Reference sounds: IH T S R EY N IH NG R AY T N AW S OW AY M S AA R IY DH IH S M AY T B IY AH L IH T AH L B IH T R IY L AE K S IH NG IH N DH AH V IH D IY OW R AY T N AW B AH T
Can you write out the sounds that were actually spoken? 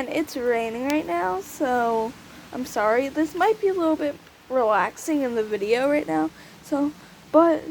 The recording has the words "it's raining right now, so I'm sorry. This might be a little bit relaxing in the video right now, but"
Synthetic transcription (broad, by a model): IH T S R EY N IH NG R AY T N AW S OW AY M S AA R IY DH IH S M AY T B IY AH L IH T L B IH T R IY L AE K S IH NG IH N DH AH V IH D IY OW R AY T N AW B AH T